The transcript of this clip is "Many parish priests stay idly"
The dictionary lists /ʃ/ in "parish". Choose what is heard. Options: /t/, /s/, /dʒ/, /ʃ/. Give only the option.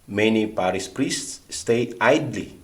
/s/